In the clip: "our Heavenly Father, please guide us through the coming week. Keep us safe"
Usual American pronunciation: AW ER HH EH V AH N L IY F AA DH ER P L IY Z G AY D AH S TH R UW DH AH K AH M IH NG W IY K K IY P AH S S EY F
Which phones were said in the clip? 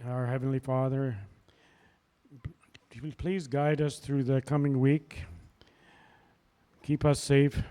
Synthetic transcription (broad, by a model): AW ER HH EH V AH N L IY F AA DH ER P L IY Z G AY D AH S TH R UW DH AH K AH M IH NG W IY K K IY P AH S S EY F